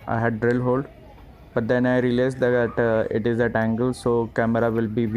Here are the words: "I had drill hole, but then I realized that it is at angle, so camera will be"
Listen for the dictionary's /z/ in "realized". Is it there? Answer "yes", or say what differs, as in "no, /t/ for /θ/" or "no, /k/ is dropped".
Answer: no, /s/ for /z/